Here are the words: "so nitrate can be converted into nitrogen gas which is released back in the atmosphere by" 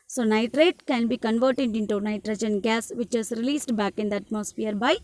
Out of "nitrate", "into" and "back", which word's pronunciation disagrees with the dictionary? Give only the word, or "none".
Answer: none